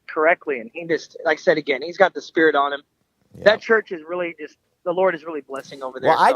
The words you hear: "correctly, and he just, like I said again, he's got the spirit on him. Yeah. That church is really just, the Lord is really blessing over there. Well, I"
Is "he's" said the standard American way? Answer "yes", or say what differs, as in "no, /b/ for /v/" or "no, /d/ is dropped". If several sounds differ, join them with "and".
yes